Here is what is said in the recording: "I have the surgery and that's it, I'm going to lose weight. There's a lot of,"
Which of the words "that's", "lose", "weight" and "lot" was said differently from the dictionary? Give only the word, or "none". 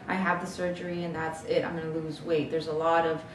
none